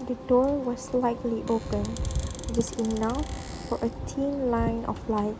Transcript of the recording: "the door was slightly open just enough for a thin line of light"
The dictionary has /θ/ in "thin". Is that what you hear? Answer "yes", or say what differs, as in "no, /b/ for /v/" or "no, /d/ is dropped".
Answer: no, /t/ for /θ/